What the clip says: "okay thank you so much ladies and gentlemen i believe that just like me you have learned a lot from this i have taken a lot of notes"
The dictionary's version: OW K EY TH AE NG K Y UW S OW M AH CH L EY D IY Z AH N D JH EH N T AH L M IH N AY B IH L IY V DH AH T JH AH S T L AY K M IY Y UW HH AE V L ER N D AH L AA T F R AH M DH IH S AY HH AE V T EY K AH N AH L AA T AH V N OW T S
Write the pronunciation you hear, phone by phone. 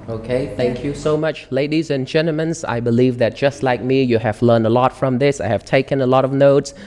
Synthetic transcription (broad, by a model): OW K EY TH AE NG K Y UW S OW M AH CH L EY D IY Z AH N JH EH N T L M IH N AY B IH L IY V DH AH T JH AH S T L AY K M IY Y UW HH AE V L ER N D AH L AA T F R AH M DH IH S AY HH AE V T EY K AH N AH L AA T AH V N OW T S